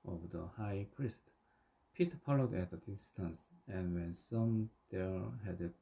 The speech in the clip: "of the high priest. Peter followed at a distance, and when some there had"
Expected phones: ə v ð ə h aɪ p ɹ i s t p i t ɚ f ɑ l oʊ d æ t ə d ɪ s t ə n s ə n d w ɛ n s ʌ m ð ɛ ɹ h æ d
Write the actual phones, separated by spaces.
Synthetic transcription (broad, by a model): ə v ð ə h aɪ p ɹ i s t p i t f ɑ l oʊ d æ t ə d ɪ s t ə n s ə n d w ɛ n s ʌ m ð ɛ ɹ h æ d